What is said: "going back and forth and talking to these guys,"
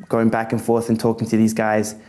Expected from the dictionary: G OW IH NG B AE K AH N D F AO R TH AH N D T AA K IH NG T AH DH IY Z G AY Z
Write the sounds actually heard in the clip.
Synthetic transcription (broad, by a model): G OW IH NG B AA K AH N F AO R TH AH N T AA K IH NG T AH DH IY Z G AY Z